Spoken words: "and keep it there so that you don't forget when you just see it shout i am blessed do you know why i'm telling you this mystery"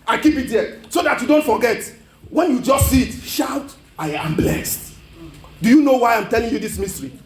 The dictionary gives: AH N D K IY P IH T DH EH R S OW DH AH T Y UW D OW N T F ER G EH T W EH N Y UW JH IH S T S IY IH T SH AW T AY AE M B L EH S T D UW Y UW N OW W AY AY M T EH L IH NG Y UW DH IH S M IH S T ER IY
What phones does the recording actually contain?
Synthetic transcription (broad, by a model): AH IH K IY P IH T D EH S OW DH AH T Y UW D OW N T F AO G EH T W EH N Y UW JH IH S T S IY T SH AW T AY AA M B L EH S T D UW Y UW N OW W AY AY M T EH L IH NG Y UW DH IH S M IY S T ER IY